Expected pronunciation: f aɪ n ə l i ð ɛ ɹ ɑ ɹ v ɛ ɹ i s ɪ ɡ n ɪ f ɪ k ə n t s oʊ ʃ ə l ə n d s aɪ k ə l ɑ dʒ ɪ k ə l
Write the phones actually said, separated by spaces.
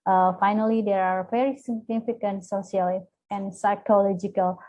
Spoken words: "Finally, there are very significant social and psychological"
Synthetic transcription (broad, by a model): f aɪ n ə l i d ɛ ɹ ɑ ɹ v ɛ ɹ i s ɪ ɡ n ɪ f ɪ k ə n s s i ə l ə n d s aɪ k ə l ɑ dʒ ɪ k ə l